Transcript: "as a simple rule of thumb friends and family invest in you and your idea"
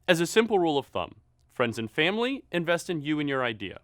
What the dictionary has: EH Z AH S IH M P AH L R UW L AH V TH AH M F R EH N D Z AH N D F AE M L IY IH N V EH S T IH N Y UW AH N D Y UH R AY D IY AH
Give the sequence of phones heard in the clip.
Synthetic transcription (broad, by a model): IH Z AH S IH M P L R UW L AH V TH AH M F R EH N D Z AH N F AE M L IY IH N V EH S T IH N Y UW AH N Y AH R AY D IY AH